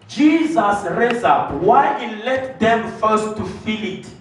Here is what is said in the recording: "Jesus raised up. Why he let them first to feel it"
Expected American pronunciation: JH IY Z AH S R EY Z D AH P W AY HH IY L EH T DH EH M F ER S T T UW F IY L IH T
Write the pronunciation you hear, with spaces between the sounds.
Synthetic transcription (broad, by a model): JH IY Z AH S R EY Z AA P W AY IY L EH T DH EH M F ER S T T UW F IY L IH T